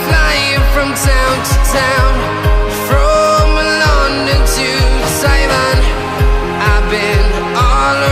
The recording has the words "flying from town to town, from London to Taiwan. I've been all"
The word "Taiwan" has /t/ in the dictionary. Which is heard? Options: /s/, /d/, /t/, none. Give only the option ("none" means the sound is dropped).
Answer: /s/